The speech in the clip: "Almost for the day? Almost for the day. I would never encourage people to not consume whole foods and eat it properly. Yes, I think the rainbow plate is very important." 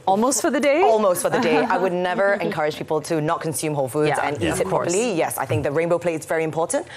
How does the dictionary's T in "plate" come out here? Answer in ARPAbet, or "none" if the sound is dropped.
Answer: none